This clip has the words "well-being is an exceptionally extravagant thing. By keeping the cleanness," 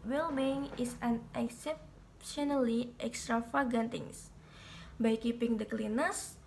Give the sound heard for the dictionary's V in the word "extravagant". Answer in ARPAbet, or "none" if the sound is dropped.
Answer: F